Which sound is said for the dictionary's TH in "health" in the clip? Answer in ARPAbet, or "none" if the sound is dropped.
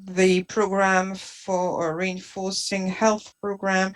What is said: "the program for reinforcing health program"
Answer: TH